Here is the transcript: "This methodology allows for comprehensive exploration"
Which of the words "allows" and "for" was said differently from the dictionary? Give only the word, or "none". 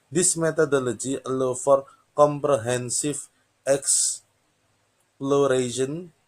allows